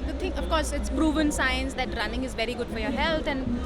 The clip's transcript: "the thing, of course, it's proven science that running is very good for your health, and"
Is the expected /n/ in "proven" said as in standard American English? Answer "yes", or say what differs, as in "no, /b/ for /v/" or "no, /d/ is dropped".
yes